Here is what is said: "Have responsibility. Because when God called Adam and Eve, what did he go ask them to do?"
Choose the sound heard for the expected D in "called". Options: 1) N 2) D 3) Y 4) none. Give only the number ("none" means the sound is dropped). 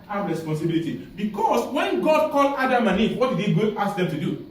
4